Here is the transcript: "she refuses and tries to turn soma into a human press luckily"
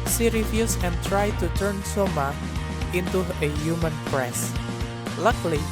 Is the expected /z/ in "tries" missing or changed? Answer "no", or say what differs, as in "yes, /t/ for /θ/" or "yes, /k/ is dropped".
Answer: yes, /z/ is dropped